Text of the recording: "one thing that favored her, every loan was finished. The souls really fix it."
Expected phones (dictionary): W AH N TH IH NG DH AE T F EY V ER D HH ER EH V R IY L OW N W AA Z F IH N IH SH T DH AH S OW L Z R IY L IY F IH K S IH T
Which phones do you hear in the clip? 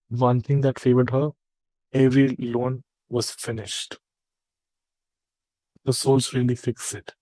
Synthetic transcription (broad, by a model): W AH N T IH NG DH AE T F EY V ER D HH ER EH V R IY L OW N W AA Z F IH N IH SH T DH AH S OW L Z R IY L IY F IH K S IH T